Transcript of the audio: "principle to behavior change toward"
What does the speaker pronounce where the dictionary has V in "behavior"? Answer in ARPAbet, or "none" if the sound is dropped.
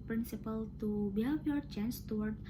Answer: F